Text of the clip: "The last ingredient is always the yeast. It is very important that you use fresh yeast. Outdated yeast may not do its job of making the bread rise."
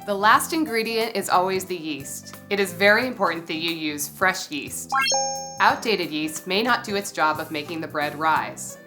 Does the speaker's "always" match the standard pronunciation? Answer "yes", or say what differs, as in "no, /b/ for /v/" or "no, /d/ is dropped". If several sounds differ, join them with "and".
yes